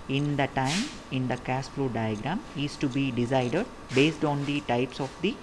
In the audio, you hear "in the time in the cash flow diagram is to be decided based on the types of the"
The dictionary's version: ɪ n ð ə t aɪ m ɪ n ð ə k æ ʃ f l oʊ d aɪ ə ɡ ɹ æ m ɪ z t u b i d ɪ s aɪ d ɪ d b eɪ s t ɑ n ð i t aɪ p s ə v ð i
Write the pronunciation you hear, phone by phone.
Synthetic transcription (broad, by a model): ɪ n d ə t aɪ m ɪ n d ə k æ s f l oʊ d aɪ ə ɡ ɹ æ m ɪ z t u b i d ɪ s aɪ d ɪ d b eɪ s t ɑ n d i t aɪ p s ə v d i